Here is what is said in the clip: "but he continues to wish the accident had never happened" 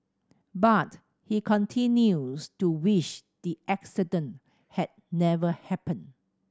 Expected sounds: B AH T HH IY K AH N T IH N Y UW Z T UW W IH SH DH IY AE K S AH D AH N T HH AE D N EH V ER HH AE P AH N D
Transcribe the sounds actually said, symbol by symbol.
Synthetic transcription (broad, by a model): B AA T HH IY K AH N T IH N Y UW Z T UW W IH SH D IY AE K S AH D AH N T HH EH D N EH V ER HH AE P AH N